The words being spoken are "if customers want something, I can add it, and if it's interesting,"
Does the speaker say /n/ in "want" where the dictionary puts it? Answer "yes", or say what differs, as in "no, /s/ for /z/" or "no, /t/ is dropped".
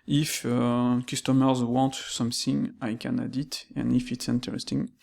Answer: yes